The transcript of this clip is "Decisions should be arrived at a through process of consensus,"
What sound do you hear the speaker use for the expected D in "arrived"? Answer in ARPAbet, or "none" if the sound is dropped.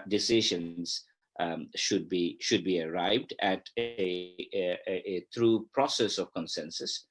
D